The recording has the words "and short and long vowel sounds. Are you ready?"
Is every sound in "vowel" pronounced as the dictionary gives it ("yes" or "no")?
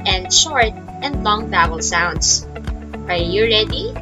no